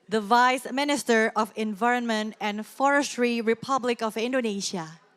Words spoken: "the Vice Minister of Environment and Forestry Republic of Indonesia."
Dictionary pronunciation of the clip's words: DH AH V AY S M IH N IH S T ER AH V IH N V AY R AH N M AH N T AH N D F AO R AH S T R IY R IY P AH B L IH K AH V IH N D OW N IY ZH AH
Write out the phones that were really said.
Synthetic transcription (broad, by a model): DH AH V AY S M IH N IH S T ER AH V IH N V AY R AH N M AH N T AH N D F AO R AH S T R IY R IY P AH B L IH K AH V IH N D OW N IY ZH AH